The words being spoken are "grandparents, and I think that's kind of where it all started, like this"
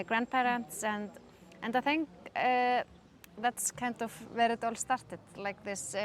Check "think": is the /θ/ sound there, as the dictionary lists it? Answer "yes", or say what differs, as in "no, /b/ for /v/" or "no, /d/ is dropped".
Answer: yes